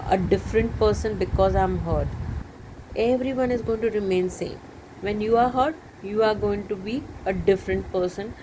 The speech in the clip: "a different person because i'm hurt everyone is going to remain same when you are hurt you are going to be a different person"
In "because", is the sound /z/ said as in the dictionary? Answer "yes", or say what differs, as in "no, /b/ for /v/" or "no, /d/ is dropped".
yes